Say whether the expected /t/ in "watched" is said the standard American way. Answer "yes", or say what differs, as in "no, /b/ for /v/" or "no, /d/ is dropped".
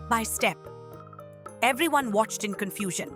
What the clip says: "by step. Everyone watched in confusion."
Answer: yes